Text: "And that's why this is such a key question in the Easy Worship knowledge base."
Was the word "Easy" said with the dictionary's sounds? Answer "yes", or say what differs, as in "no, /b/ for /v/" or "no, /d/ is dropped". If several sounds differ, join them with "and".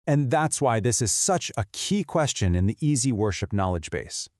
yes